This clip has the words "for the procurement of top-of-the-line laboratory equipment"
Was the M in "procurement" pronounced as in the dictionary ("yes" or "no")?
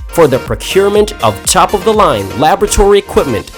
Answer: yes